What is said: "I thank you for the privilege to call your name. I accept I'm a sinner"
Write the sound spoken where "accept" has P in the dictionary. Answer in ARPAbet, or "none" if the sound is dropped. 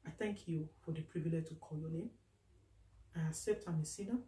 P